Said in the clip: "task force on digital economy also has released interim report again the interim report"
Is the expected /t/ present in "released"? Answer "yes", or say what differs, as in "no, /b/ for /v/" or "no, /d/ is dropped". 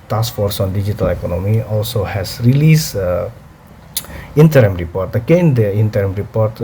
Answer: no, /t/ is dropped